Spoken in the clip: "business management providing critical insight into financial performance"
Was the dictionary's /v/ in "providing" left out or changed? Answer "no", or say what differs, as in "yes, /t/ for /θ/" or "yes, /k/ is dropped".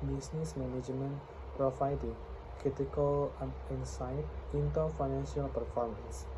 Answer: yes, /f/ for /v/